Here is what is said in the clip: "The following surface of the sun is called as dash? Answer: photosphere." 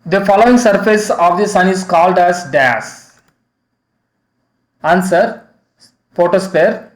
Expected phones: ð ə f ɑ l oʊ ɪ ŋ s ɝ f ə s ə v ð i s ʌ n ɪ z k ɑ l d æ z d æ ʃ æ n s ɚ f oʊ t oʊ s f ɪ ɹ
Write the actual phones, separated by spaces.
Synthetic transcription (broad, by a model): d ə f ɑ l oʊ ɪ ŋ s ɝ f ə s ə v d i s ʌ n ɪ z k ɑ l d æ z d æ s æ n s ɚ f oʊ t oʊ s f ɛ ɹ